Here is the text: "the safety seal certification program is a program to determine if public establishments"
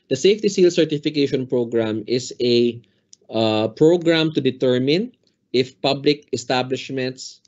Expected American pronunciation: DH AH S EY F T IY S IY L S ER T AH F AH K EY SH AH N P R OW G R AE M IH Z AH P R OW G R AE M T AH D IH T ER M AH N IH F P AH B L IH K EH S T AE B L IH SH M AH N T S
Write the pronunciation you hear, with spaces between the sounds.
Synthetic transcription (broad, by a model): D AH S EY F T IY S IY L S ER T AH F AH K EY SH AH N P R OW G R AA M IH S AH P R OW G R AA M T AH D IH T ER M AH N IH F P AH B L IH K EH S T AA B L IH SH M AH N T S